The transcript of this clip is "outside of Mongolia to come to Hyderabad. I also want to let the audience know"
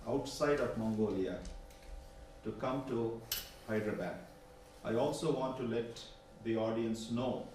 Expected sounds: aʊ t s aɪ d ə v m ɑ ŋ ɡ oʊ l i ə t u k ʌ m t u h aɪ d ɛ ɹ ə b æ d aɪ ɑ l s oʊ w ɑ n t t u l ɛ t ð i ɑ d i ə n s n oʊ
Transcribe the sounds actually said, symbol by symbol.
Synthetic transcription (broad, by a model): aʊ t s aɪ d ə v m ɑ ŋ ɡ oʊ l i ə t u k ʌ m t u h aɪ d ɹ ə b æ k aɪ ɑ l s oʊ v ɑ n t t u l ɛ t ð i ɑ d i ə n s n oʊ